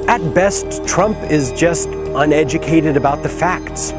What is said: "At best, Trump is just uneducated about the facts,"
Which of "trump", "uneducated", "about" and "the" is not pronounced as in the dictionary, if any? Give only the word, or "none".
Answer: none